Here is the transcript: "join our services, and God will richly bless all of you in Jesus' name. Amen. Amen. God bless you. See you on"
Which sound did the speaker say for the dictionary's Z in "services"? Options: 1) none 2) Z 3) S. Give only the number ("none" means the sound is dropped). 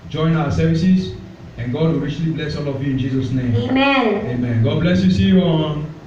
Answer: 3